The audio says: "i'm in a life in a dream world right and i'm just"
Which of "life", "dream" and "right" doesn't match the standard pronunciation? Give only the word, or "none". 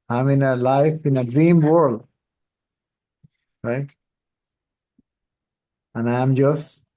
none